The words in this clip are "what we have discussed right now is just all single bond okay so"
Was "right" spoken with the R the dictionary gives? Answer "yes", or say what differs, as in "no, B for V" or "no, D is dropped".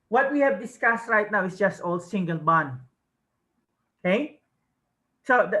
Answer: yes